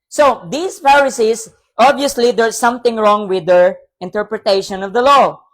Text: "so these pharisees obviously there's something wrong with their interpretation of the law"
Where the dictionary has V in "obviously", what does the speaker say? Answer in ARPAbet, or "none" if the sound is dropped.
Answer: none